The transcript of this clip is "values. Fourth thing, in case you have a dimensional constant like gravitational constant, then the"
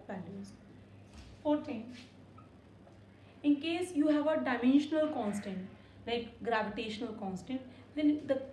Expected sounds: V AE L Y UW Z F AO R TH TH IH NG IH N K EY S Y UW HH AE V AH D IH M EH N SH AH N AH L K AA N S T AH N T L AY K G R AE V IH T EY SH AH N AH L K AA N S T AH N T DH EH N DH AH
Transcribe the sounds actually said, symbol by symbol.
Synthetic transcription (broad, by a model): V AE L Y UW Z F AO R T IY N IH N K EY S Y UW HH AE V AH D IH M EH N SH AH N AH L K AA N S T AH N T L AY K G R AE V IH T EY SH AH N AH L K AA N S T AH N T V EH N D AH